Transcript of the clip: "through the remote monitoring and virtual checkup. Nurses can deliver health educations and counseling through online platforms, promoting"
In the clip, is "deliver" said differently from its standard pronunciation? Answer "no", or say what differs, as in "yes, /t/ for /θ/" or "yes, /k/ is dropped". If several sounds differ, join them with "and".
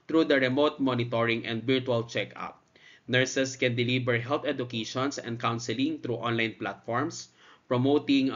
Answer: yes, /b/ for /v/